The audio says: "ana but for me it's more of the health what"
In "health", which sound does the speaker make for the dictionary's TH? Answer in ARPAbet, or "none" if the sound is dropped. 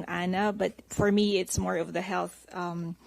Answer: TH